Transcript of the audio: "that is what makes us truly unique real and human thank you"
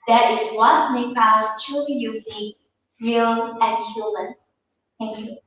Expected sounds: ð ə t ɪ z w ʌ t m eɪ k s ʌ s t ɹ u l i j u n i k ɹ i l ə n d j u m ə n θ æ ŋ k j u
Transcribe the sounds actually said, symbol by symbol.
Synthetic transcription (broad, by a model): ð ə t ɪ z w ʌ t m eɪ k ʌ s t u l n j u i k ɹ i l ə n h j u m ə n θ æ ŋ k j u